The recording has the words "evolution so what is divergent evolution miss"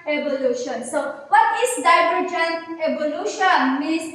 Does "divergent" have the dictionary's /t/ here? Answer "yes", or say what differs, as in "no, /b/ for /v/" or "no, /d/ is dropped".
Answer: no, /t/ is dropped